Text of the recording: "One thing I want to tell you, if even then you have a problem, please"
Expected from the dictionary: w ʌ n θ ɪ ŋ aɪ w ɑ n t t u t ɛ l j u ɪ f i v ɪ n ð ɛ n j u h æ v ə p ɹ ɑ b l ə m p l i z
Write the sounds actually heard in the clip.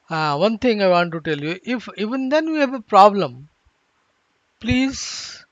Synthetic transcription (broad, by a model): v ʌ n t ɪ ŋ aɪ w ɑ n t t u t ɛ l j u ɪ f i v ɪ n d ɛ n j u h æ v ə p ɹ ɑ b l ə m p l i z